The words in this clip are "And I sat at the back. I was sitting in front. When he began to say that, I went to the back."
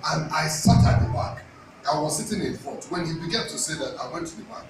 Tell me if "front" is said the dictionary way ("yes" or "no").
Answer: no